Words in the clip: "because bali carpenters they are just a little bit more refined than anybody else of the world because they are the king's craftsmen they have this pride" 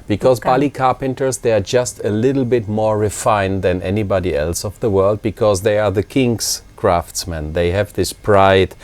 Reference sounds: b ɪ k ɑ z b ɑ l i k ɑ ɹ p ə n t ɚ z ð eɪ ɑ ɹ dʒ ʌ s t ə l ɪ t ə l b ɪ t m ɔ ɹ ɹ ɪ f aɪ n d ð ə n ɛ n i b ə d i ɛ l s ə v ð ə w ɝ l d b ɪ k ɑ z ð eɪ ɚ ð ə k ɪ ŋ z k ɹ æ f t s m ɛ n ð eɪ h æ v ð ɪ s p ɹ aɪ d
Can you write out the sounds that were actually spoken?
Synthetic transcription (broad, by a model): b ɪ k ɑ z b ɑ l i k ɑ ɹ p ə n t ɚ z ð eɪ ɑ ɹ dʒ ʌ s t ə l ɪ t l b ɪ t m ɔ ɹ ɹ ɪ f aɪ n ð ə n ɛ n i b ə d i ɛ l s ə v ð ə w ɝ l d b ɪ k ɑ z ð eɪ ɚ ð ə k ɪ ŋ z k ɹ æ f t s m ɛ n ð eɪ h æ v ð ɪ s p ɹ aɪ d